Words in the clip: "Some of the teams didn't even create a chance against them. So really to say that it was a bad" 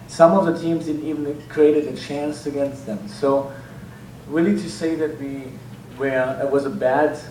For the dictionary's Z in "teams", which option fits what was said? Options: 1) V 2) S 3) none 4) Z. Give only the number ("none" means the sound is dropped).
4